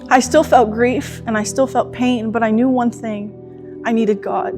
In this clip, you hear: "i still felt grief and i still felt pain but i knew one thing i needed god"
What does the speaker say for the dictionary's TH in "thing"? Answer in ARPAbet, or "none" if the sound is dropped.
TH